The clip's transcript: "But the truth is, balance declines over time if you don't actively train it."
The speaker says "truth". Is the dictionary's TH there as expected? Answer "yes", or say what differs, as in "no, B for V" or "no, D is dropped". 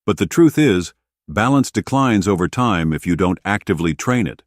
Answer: yes